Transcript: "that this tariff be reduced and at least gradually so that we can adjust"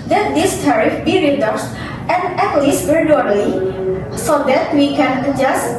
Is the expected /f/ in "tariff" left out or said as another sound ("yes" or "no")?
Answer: no